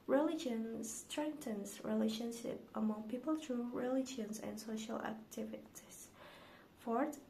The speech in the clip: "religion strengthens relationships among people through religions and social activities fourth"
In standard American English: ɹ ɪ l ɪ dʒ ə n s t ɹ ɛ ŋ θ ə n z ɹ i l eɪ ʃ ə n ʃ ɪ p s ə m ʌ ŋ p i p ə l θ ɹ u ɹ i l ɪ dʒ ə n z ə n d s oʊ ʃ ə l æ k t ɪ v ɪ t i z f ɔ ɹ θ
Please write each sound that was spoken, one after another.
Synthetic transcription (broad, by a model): ɹ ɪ l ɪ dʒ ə n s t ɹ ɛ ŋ t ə n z ɹ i l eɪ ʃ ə n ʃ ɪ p ə m ʌ ŋ p i p ə l t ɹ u ɹ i l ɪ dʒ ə n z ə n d s oʊ ʃ ə l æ k t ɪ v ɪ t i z f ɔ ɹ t